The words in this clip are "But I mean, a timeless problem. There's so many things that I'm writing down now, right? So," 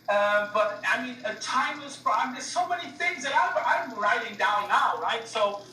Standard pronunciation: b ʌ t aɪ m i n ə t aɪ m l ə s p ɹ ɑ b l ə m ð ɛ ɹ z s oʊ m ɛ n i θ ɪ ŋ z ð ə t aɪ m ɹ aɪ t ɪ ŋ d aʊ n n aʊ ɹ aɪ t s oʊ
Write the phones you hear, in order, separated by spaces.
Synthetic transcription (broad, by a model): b ʌ t aɪ m i n ə t aɪ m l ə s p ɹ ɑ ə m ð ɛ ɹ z s oʊ m ɛ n i θ ɪ ŋ z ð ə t aɪ m ɹ aɪ t ɪ ŋ d aʊ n n aʊ ɹ aɪ t s oʊ